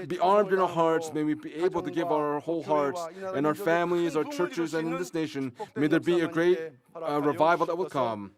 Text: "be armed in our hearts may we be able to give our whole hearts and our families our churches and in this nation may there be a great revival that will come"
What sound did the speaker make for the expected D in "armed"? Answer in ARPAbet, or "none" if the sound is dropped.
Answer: D